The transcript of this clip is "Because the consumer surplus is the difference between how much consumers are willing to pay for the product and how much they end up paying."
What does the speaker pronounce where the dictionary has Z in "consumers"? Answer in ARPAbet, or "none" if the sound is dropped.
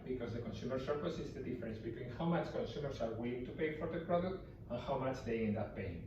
S